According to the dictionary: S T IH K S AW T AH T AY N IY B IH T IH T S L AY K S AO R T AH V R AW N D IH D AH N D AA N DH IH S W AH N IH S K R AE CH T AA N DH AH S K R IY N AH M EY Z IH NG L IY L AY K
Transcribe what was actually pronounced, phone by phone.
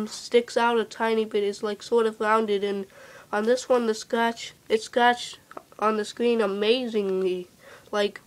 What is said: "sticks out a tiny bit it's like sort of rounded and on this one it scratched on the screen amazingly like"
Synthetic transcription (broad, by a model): S T IH K S AW T AH T AY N IY B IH T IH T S L AY K S AO R T AH V R AW N D IH D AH N N DH IH S W AH N IH S K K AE CH T N DH AH S K R IY N AH M EY Z IH NG L IY L AY K